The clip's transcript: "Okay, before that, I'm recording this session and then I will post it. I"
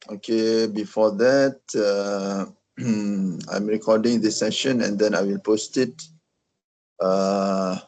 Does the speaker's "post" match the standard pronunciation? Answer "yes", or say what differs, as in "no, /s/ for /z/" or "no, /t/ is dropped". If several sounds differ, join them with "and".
yes